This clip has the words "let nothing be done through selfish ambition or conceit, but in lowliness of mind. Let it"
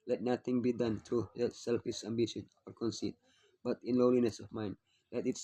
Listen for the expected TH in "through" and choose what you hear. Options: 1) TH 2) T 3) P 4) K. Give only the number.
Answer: 2